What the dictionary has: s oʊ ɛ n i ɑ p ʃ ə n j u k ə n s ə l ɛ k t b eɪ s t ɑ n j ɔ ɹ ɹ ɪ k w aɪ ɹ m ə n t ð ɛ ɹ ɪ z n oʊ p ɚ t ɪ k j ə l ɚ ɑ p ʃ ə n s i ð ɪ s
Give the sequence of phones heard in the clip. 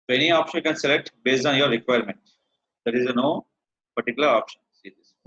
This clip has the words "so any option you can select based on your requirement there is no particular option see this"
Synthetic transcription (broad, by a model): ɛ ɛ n i ɑ p ʃ ə n k ə n s ə l ɛ k t b eɪ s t ɑ n j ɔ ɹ ɹ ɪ k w aɪ ɹ m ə n t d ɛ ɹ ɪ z n oʊ p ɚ t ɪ k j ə l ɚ ɑ p ʃ ə n s i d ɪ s